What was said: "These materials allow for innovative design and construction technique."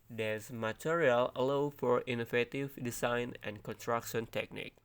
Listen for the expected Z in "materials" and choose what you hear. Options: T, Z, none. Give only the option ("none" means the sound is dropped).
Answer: none